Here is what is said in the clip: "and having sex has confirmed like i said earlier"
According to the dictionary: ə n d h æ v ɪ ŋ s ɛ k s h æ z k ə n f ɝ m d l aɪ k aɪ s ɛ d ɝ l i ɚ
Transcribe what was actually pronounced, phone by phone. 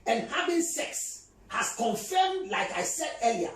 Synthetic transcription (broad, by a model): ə n h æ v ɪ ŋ s ɛ k s h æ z k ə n f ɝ m d l aɪ k aɪ s ɛ d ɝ l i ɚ